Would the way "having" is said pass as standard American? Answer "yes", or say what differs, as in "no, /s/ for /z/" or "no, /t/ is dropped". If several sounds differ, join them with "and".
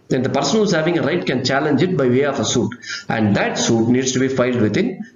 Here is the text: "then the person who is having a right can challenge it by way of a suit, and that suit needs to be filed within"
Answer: yes